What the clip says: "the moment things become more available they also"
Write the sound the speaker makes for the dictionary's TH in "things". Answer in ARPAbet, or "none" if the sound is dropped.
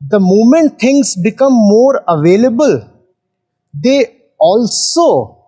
T